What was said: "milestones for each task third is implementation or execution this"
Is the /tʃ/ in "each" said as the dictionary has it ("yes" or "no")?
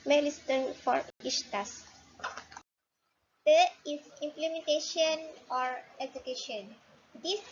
no